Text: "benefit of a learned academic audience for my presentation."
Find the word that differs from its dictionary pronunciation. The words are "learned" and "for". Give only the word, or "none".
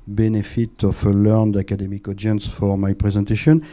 none